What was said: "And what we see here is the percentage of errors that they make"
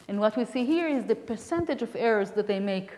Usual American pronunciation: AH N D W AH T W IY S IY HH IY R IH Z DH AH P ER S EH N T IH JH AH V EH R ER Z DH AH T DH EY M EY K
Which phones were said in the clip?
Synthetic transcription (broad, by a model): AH N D W AH T W IY S IY HH IY R IH Z DH AH P ER S EH N T IH JH AH V EH R ER Z DH AH T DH EY M EY K